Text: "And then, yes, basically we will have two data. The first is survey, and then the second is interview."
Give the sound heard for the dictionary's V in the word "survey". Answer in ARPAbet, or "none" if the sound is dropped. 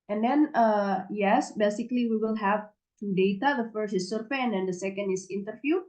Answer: F